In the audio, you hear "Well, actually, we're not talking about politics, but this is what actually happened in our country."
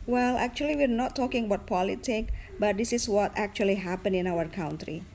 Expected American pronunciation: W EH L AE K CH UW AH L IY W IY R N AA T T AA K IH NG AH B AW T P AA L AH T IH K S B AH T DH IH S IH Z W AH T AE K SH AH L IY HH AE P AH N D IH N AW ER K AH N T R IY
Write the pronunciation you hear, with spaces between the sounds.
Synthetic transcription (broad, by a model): W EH L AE K CH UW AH L IY W IY R N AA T T AA K IH NG AH B AW T P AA L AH T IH K B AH T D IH S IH S W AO T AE K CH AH L IY HH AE P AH N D IH N AW ER K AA N T R IY